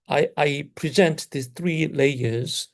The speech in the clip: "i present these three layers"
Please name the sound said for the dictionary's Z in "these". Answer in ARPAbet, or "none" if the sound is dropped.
none